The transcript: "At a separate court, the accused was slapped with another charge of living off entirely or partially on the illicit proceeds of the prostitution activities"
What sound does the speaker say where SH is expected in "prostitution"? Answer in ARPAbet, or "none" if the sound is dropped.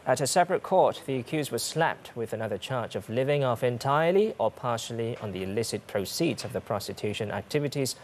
SH